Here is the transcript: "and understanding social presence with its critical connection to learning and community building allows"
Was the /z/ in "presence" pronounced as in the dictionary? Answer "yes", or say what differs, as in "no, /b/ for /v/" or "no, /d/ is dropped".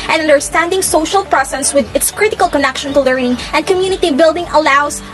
no, /s/ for /z/